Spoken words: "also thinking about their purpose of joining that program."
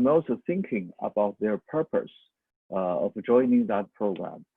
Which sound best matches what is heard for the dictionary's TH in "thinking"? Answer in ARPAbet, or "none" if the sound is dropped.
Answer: TH